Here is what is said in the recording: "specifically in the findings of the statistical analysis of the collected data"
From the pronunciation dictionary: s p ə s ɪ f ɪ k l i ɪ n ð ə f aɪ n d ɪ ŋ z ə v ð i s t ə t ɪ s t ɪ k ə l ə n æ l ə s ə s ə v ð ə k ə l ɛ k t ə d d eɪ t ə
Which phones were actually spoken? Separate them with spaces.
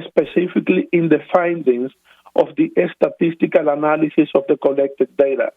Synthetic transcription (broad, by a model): s p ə s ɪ f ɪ k l i ɪ n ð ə f aɪ n d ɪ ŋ s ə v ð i s t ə t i s t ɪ k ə l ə n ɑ l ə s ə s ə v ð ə k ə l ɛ k t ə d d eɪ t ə